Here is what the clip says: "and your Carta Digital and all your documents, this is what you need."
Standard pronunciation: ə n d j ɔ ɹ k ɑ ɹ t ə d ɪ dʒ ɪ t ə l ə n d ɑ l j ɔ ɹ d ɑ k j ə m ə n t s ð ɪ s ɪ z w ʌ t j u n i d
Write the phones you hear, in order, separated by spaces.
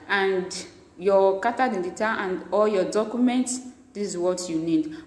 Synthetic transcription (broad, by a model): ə n d j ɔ k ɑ t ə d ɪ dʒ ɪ t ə ə n d ɑ l j ɔ d ɑ k j ə m ə n t s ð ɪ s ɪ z w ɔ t j u n i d